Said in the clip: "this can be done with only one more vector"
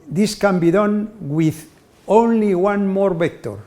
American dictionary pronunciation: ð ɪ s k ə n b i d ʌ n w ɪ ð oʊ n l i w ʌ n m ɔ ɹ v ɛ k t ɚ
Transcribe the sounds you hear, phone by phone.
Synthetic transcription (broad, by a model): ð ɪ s k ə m b i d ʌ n w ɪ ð oʊ n l i w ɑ n m ɔ ɹ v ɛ k t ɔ